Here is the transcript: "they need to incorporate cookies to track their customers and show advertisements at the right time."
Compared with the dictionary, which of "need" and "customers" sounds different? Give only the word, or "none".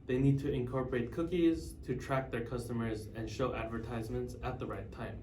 none